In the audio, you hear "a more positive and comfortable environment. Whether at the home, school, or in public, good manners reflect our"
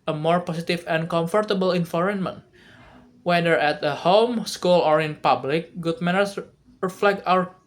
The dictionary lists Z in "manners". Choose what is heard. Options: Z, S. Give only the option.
S